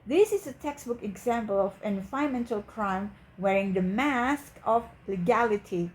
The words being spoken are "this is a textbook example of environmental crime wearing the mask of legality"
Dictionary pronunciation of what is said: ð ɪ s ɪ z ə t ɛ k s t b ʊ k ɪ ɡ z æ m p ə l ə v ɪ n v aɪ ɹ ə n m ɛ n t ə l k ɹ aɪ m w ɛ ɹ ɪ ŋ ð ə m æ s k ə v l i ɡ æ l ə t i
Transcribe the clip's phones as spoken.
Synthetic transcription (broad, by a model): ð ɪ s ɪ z ə t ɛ k s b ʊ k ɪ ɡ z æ m p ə l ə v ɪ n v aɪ ə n m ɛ n t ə l k ɹ aɪ m w ɛ ɹ ɪ ŋ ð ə m æ s k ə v l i ɡ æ l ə t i